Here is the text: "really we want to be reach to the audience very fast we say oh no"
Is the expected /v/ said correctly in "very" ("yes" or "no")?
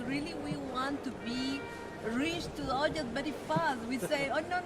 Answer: no